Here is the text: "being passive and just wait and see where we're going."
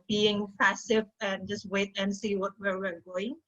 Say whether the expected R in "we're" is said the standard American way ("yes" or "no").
no